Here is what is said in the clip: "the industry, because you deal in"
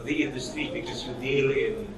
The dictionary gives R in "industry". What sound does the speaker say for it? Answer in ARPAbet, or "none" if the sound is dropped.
none